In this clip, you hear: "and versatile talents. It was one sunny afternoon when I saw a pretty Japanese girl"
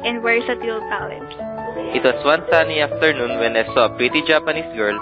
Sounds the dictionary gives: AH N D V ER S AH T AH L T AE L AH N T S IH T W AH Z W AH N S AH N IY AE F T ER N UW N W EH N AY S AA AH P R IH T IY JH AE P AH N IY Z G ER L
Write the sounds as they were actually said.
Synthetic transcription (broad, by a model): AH N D W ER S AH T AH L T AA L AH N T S IH T W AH S W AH N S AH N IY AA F T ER N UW N W EH N AY S AA AH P R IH T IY JH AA P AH N IY S G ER L